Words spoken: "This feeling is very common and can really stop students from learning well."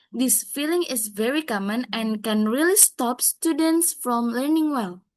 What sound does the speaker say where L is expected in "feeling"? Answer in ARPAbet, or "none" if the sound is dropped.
L